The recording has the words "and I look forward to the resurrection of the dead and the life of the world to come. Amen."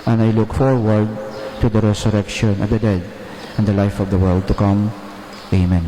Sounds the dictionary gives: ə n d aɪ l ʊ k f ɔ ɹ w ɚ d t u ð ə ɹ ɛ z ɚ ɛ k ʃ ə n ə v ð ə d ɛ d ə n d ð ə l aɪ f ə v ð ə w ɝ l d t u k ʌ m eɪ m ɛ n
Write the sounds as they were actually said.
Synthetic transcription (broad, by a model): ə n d aɪ l ʊ k f ɔ ɹ w ɚ d t u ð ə ɹ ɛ s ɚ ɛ k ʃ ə n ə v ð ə d ɛ d ə n d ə l aɪ f ə v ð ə w ɝ l d t u k ʌ m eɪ m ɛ n